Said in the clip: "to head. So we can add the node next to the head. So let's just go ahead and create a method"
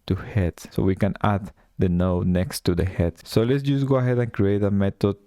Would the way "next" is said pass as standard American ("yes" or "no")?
yes